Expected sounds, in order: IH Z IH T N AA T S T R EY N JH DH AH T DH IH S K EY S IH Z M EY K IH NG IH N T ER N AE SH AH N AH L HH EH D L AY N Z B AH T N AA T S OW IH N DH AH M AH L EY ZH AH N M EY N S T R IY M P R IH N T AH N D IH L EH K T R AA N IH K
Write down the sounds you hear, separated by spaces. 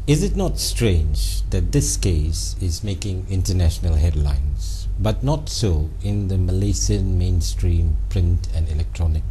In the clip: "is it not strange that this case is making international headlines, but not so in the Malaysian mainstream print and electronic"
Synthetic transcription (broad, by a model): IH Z IH T N AA T S T R EY N JH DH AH T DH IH S K EY S IH Z M EY K IH NG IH N T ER N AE SH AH N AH L HH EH D L AY N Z B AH T N AA T S OW IH N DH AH M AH L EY S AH N M EY N S T R IY M P R IH N T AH N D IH L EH K T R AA N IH K